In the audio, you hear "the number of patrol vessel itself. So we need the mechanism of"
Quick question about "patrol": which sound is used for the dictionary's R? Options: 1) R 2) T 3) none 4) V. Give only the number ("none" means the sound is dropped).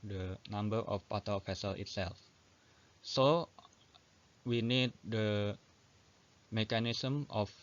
3